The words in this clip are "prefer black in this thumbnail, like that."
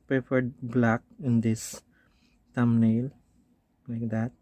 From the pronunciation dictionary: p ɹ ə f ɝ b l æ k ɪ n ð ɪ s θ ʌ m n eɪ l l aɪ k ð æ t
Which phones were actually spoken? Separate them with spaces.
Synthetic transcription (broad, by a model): p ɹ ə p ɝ b l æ k ɪ n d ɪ s t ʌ m n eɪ l l aɪ k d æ t